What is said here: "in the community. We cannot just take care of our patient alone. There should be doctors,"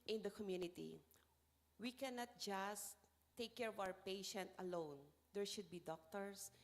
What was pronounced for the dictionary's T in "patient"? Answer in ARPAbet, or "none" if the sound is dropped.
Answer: T